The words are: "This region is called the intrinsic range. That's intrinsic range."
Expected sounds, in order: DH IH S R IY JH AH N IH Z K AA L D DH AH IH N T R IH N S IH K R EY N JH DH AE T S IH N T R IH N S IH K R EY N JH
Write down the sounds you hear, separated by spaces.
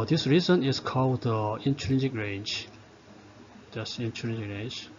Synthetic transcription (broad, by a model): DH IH S R IY Z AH N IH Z K AA L D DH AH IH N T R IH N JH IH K R EY N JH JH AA S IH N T R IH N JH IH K R EY N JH